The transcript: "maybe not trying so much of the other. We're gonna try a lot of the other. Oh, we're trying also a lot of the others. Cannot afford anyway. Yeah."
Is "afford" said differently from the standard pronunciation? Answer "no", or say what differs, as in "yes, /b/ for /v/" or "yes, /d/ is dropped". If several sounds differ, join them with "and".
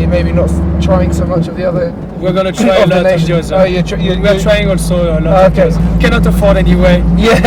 no